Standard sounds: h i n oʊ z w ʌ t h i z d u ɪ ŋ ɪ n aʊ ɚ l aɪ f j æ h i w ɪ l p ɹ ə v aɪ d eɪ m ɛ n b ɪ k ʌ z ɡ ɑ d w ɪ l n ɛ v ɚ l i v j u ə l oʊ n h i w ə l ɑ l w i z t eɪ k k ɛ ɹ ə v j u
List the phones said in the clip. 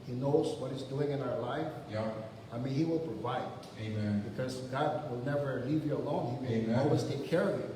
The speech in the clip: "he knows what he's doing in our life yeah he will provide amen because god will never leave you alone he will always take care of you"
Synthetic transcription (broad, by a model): h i n oʊ z w ʌ t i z d u ɪ ŋ ɪ n aʊ ɚ l aɪ f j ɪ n i w ɪ l p ɹ ə v aɪ d eɪ m ɛ n b ɪ k ʌ z ɡ ɑ d w ɪ l n ɛ v ɚ l i v j u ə l oʊ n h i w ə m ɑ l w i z t eɪ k k ɛ ɹ ə v j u